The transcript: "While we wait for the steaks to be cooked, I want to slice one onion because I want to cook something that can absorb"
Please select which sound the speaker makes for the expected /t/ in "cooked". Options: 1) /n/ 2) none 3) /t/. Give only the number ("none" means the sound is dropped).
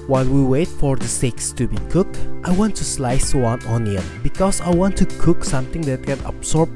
3